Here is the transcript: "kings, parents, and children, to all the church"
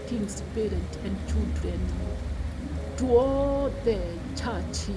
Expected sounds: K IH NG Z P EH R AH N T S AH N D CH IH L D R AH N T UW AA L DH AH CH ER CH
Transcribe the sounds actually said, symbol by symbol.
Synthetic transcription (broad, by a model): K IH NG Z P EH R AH N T AH N D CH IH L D R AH N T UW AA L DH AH CH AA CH